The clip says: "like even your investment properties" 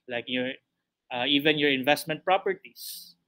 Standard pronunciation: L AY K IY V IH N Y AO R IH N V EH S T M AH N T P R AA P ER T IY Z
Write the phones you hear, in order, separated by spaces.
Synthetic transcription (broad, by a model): L AY K IY V IH N Y AO R IH N V EH S T M AH N T P R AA P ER T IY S